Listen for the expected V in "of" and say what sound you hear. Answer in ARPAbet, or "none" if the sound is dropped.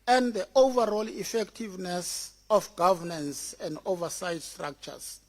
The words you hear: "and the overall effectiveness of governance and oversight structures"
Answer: F